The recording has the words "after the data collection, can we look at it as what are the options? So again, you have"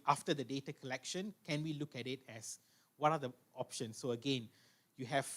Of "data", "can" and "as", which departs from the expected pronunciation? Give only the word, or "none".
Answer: as